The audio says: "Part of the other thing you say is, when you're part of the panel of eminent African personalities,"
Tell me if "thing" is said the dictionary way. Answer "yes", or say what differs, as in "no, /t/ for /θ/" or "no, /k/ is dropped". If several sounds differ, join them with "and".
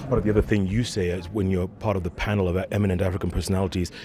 yes